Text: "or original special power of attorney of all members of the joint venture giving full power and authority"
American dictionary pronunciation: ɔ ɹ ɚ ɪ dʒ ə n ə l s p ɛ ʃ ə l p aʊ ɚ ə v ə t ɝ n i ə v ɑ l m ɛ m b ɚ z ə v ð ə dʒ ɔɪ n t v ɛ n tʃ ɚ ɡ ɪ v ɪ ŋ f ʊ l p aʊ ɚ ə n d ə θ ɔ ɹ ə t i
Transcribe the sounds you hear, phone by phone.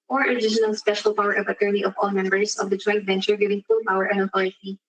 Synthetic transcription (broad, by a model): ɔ ɹ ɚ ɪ ʃ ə n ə l s p ɛ ʃ ə l p aʊ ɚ ə v ə t ɝ n i ə v ɑ l m ɛ m b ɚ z ə v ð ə dʒ ɔɪ n t v ɛ n tʃ ɚ ɡ ɪ v ɪ ŋ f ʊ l p aʊ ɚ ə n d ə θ ɔ ɹ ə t i